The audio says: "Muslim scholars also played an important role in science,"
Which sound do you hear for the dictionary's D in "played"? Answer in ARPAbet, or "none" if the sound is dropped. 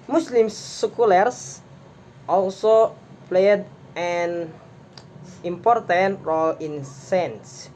D